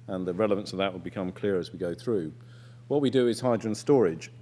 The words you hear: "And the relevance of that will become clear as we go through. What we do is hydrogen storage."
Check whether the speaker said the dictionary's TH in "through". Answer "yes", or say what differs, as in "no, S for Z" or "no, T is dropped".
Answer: yes